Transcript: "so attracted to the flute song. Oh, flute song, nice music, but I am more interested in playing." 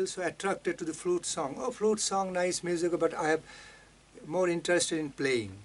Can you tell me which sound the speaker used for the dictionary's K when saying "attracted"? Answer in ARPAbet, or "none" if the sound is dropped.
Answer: K